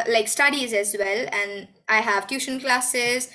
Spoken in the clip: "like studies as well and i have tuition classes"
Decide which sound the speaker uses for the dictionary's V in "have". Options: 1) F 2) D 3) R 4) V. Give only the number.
4